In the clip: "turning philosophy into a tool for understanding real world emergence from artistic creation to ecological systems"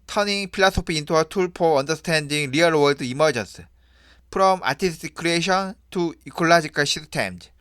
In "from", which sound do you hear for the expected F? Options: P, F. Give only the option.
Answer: P